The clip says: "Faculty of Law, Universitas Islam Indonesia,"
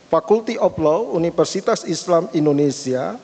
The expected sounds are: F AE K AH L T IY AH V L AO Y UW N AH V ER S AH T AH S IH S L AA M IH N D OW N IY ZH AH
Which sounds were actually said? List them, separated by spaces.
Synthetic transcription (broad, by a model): F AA K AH L T IY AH P L AO UW N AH F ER S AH T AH S IH S L AA M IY N D OW N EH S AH